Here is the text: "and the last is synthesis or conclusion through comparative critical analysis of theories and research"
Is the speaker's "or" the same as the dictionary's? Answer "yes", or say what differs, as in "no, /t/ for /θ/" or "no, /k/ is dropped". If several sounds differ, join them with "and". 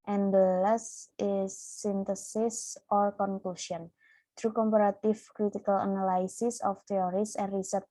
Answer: no, /l/ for /ɹ/